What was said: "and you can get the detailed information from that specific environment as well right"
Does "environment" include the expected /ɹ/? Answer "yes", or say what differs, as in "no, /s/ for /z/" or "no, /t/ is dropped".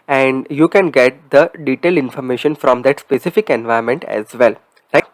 no, /ɹ/ is dropped